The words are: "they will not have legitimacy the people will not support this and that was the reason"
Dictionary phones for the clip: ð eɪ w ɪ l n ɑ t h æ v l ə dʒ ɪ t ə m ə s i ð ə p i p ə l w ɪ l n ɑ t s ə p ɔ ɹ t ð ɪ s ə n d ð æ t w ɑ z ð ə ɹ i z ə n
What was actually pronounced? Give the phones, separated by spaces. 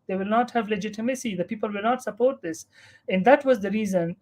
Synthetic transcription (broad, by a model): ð eɪ w ɪ l n ɑ t h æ v l ə dʒ ɪ t ə m ə s i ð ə p i p ə l w ɪ l n ɑ t s ə p ɔ ɹ t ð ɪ s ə n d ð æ t w ɑ z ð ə ɹ i z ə n